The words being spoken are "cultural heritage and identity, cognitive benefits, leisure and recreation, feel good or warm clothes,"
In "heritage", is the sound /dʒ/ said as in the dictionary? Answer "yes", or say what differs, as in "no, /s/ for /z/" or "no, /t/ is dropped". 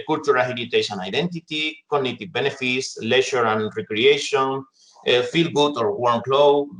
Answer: no, /ʃ/ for /dʒ/